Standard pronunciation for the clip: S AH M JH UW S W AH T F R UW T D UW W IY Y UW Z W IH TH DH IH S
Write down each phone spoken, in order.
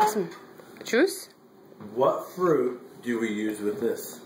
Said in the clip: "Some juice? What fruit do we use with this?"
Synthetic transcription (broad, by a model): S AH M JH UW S W AH T F R UW T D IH W IY Y UW Z W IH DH IH S